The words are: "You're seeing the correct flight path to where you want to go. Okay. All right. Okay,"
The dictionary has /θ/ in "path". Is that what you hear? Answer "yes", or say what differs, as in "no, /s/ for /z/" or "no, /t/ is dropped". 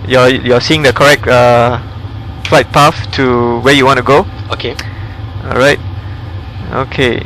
no, /f/ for /θ/